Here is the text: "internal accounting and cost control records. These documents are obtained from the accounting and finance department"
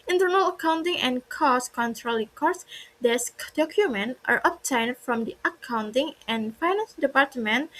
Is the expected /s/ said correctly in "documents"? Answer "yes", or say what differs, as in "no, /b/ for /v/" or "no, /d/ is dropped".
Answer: no, /s/ is dropped